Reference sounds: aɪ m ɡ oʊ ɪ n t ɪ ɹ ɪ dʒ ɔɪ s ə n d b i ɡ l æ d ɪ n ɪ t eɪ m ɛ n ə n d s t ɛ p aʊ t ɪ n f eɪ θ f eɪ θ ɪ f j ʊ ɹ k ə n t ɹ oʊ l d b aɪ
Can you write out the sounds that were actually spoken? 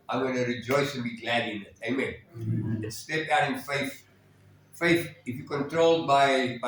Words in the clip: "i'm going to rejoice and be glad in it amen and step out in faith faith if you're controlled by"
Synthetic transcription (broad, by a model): aɪ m ɡ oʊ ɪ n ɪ ɹ ɪ dʒ ɔɪ s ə n b i ɡ l æ d ɪ n ɪ t eɪ m ɛ n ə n s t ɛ p aʊ t ɪ n f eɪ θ f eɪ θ ɪ f j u k ə n t ɹ oʊ l d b aɪ